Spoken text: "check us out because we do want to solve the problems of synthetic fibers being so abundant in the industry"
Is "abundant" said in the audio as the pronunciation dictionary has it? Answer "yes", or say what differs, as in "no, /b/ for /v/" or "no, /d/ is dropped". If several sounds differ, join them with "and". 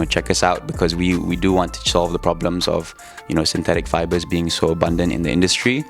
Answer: yes